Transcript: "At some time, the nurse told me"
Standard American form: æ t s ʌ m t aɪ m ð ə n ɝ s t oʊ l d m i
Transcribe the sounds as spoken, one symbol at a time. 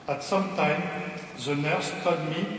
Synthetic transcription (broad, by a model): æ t s ʌ m t aɪ m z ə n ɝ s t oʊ d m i